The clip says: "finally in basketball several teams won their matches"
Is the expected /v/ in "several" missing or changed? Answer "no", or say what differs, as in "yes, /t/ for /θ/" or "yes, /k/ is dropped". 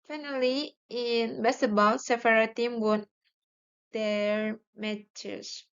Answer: yes, /f/ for /v/